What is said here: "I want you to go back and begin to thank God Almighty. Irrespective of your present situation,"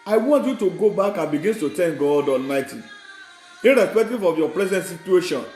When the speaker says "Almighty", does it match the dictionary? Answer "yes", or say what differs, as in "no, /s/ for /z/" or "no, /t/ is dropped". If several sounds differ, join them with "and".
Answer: yes